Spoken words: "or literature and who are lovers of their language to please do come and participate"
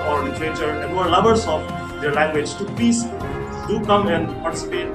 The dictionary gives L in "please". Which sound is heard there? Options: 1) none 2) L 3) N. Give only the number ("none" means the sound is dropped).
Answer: 1